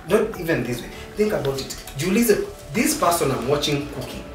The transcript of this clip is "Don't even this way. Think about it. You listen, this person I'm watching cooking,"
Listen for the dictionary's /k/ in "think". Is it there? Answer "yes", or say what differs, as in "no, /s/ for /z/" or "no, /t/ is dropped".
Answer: yes